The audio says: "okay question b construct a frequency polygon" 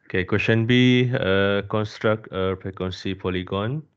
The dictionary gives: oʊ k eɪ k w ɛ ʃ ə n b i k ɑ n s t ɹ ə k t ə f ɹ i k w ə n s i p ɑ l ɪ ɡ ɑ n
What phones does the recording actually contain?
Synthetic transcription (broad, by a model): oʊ k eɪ k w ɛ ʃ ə n b i k ɑ n s t ɹ ə k t ə p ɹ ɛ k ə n s i p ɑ l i ɡ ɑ n